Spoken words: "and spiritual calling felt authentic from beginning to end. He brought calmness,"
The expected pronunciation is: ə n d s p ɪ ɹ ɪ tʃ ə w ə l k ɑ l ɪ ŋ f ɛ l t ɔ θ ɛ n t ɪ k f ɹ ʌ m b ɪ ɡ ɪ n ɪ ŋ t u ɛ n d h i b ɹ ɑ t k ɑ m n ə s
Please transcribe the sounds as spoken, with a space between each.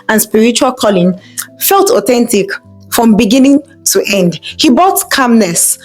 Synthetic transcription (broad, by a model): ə n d s p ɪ ɹ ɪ tʃ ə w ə l k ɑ l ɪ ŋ f ɛ l t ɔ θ ɛ n t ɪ k f ɹ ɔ m b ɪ ɡ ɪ n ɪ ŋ t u ɛ n d h i b ɑ t k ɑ m n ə s